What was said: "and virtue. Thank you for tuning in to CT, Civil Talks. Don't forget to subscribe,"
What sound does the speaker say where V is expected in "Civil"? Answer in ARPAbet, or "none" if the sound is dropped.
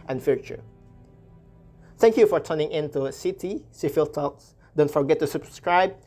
F